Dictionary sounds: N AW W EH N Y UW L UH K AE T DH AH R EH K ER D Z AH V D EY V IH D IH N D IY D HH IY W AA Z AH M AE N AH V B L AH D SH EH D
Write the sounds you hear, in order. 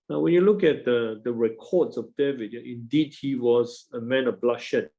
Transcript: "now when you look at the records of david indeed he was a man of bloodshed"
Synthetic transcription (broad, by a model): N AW W EH N Y UW L UH K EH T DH AH R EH K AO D S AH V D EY V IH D IH N D IY D HH IY W AA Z AH M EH N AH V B L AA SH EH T